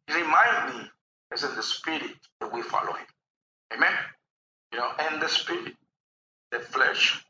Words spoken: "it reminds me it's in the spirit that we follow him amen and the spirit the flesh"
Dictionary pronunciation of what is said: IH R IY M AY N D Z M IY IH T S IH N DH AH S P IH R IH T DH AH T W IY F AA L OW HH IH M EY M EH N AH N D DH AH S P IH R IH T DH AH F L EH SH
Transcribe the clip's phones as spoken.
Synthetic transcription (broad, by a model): R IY M AY N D M IY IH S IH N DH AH S P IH R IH T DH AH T W IY F AA L OW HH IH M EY M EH N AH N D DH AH S P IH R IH T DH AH F L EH SH